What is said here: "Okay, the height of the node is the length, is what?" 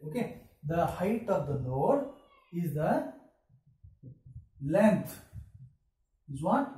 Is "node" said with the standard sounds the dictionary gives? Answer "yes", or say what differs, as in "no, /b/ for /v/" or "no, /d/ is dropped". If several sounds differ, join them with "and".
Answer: no, /l/ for /n/